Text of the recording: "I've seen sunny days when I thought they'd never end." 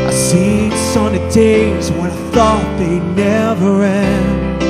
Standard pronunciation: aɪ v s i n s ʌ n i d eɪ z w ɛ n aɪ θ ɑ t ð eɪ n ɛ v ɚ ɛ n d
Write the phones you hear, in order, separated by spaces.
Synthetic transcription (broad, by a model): aɪ s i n s ʌ n i d eɪ z w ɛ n aɪ θ ɑ t ð eɪ n ɛ v ɚ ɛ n